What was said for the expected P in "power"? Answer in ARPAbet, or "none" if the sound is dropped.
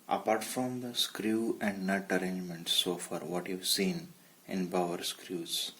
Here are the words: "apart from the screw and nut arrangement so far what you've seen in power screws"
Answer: B